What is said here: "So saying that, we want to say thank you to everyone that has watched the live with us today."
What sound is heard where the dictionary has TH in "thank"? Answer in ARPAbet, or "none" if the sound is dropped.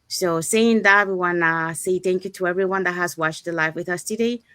TH